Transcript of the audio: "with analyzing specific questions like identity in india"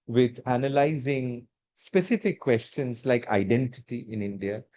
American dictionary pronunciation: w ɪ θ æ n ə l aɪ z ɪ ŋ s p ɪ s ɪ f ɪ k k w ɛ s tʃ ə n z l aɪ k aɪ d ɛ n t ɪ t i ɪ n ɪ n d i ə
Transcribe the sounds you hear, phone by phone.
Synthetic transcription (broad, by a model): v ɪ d æ n ə l aɪ z ɪ ŋ s p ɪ s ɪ f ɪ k k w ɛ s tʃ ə n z l aɪ k aɪ d ɛ n t ɪ t i ɪ n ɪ n d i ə